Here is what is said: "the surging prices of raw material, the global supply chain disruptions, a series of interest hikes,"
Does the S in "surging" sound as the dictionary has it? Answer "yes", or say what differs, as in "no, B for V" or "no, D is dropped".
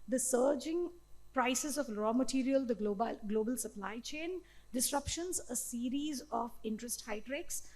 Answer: yes